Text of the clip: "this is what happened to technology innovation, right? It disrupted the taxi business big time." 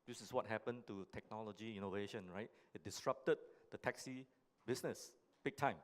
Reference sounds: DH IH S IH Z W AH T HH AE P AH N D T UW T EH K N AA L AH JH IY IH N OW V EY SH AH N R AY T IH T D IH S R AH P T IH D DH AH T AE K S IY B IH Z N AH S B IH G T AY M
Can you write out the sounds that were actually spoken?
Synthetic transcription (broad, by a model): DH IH S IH S W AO T HH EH P AH N T UW T EH K N AA L AH JH IY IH N OW V EY SH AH N R AY T IH T D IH S R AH P T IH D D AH T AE K S IY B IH S N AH S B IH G T AY M